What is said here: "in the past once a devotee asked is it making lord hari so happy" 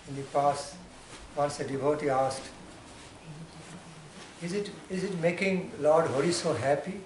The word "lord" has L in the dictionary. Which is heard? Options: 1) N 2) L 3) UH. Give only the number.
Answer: 2